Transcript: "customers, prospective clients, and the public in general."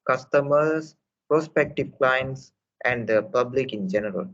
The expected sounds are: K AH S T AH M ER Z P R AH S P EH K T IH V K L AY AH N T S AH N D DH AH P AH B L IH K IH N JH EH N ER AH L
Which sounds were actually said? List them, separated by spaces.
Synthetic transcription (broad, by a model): K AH S T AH M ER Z P R AH S P EH K T IH V K L AY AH N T S AH N D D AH P AH B L IH K IH N JH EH N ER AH L